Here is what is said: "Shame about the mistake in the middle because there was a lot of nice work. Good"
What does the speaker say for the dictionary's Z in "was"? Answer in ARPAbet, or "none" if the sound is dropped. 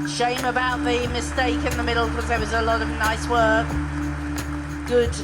Z